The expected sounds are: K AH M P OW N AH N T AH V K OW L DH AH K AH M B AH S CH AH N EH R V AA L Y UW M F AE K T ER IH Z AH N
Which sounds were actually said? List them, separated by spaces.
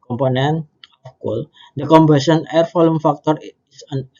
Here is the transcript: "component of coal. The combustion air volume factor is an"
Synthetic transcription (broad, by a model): K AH M P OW N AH N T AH F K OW L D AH K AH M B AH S AH N EH R F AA L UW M F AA K T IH S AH N